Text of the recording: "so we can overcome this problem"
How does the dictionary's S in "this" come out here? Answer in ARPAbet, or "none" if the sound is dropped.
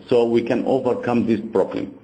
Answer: S